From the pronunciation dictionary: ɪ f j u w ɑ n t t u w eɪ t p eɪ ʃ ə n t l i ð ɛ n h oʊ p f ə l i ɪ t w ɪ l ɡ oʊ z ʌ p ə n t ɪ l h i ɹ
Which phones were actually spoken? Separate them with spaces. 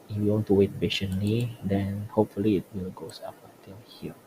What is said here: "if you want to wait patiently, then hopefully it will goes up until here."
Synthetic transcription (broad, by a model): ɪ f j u w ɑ n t t u w eɪ t b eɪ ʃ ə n l i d ɛ n h oʊ p f ə l i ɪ t w ɪ l ɡ oʊ s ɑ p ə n t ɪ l h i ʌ